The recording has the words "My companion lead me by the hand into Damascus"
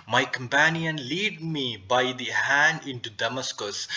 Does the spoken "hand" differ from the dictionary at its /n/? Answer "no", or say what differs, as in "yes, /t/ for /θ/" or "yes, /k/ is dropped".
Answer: no